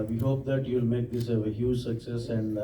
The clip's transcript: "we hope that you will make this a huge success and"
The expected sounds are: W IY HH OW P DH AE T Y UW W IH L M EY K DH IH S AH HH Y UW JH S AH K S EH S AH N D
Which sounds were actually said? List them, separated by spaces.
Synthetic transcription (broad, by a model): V IY HH OW P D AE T Y UW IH L M EY K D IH S AH HH Y UW JH S AH K S EH S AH N D